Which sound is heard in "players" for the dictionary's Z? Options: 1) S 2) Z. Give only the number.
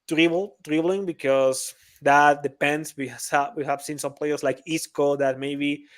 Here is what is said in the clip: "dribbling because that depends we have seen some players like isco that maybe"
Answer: 1